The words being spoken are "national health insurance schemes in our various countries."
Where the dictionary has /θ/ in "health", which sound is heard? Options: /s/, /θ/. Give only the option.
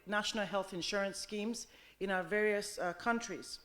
/θ/